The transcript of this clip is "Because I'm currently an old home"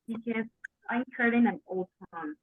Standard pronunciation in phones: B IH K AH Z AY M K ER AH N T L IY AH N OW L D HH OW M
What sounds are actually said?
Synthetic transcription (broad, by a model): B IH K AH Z AY M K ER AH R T IY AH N OW L D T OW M